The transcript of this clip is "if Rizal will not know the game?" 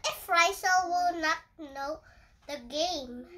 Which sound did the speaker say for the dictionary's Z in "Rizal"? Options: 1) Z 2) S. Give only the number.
2